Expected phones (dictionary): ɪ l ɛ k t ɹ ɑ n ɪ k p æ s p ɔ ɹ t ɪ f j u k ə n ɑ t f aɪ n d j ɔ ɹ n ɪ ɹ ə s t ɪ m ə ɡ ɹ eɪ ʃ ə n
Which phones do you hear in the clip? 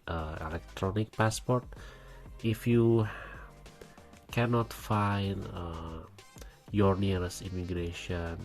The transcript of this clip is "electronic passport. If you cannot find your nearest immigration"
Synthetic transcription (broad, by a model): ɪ l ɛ k t ɹ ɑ n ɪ k p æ s p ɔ ɹ t ɪ f j u k ə n ɑ t f aɪ n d j ɔ ɹ n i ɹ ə s i m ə ɡ ɹ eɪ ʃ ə n